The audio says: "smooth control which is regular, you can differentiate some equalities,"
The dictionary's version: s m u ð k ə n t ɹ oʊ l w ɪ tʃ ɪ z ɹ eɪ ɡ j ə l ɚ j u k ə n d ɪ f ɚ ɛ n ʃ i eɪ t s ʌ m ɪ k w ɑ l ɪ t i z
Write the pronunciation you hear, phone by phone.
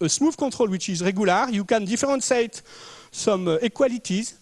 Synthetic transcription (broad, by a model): s m u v k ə t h oʊ l w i tʃ ɪ z ɹ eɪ ɡ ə l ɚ j u k ə n d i f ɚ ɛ n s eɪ t s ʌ m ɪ k w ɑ l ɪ t i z